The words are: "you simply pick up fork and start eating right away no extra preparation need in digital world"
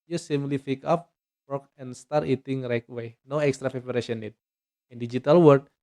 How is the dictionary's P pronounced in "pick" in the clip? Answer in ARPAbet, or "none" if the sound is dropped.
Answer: F